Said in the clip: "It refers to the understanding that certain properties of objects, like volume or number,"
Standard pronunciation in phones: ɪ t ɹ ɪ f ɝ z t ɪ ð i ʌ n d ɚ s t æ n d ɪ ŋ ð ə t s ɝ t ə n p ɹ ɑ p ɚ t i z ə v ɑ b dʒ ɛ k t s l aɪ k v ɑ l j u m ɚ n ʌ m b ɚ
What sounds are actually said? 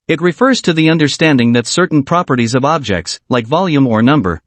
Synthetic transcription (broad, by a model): ɪ t ɹ ɪ f ɝ z t ɪ ð i ʌ n d ɚ s t æ n d ɪ ŋ ð ə t s ɝ t n p ɹ ɑ p ɚ t i z ə v ɑ b dʒ ɛ k t s l aɪ k v ɑ l j u m ɚ n ʌ m b ɚ